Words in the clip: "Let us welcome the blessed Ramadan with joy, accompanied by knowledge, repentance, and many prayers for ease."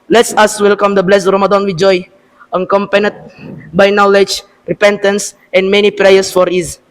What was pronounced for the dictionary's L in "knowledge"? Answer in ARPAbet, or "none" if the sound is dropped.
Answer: L